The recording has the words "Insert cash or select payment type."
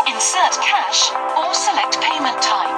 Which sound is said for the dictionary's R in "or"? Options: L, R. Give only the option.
L